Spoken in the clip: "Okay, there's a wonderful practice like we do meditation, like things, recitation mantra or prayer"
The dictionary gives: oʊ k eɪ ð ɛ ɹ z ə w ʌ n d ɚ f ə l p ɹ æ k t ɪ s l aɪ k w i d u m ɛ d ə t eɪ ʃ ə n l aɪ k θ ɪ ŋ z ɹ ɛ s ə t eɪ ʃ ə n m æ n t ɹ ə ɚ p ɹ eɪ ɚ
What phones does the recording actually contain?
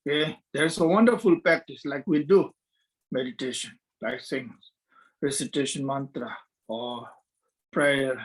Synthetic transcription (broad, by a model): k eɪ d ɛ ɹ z ə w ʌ n d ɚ f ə l p ɹ æ k t ɪ s l aɪ k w i d u m ɛ d ə t eɪ ʃ ə n l aɪ k s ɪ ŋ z ɹ ɛ s ə t eɪ ʃ ə n m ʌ n t ɹ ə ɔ p ɹ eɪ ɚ